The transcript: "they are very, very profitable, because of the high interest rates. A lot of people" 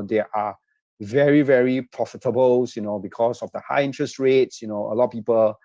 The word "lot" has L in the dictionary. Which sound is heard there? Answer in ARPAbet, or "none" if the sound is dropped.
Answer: N